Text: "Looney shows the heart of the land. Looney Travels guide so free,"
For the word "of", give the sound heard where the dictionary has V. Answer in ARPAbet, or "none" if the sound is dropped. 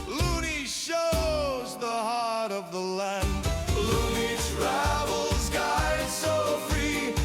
V